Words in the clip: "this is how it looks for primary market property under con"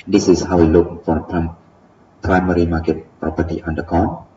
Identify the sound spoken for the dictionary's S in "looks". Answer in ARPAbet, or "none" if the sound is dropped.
none